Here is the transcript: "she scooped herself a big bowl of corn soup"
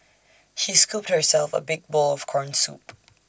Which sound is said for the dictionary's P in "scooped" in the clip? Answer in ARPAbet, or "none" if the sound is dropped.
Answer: P